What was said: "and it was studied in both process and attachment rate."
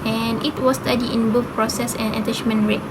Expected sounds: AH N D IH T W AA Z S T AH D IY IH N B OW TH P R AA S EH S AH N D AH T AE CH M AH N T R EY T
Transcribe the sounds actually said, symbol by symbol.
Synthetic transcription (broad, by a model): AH N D IH T W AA S T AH D IY IH N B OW F P R AA S EH S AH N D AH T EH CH M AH N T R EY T